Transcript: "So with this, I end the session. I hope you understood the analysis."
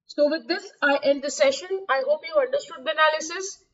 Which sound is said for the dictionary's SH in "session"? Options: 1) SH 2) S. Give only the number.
1